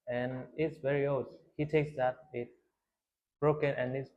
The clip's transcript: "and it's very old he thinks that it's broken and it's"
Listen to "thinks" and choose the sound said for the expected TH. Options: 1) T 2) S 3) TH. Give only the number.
1